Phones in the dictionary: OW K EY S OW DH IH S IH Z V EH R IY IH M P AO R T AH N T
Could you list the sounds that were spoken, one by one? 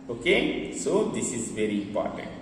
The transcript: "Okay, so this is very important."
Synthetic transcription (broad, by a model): OW K EY S OW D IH S IH Z V EH R IY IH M P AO R T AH N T